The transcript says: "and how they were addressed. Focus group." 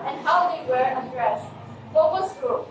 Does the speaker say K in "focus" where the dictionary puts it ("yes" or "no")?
no